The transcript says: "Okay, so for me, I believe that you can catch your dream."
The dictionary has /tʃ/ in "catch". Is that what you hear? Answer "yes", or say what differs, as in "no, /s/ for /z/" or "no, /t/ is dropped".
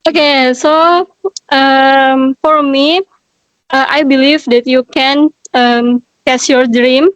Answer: no, /s/ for /tʃ/